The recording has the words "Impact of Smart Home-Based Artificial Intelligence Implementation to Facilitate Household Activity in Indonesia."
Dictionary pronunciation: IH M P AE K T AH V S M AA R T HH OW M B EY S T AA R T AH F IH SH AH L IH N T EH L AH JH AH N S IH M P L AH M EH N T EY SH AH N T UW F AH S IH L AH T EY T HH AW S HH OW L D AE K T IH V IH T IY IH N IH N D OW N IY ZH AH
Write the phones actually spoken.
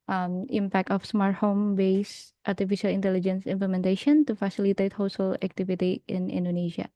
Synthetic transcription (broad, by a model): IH M P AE K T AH F S M AA R T HH OW M B EY S T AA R T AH F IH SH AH L IH N T EH L AH JH AH N S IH M P L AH M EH N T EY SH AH N T UW F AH S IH L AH T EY T HH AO S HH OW L AE K T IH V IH T IY IH N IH N D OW N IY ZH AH